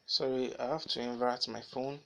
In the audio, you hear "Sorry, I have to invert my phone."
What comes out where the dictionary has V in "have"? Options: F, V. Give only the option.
F